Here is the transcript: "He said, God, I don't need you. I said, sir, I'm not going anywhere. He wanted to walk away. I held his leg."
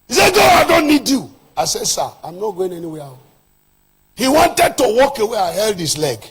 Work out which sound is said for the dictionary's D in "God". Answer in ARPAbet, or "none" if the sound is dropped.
none